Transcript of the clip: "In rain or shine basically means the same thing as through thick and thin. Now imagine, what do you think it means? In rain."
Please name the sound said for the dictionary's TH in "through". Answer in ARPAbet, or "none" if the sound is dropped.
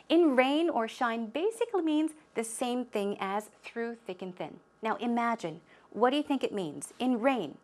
TH